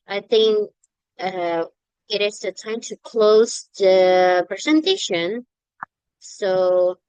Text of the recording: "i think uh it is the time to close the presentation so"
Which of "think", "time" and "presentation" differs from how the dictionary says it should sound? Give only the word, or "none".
none